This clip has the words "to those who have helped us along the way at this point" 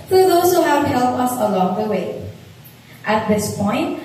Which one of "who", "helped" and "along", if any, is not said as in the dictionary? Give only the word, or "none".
helped